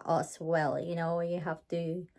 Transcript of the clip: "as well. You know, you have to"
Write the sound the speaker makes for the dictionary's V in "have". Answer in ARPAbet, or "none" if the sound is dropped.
F